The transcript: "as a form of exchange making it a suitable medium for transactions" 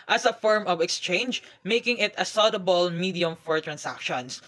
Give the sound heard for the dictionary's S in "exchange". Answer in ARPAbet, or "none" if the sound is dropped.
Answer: S